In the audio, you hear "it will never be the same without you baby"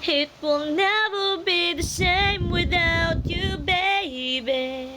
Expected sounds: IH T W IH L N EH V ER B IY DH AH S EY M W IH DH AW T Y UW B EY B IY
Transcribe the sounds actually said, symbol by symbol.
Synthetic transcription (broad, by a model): IH T W IH L N EH V ER B IY DH AH SH EY M W IH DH AW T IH B EY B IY